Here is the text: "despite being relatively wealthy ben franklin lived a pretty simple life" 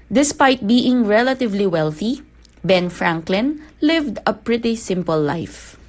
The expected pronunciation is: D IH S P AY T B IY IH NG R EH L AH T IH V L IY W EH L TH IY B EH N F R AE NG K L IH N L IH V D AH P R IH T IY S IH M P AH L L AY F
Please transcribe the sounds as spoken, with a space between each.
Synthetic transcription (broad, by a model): D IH S P AY T B IY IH NG R EH L AH T IH V L IY W EH L TH IY B EH N F R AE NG K L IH N L IH V D AH P R IH T IY S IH M P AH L L AY F